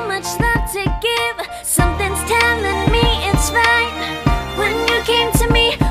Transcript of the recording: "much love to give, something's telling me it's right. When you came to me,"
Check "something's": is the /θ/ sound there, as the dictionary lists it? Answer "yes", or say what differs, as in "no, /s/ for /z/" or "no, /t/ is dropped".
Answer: yes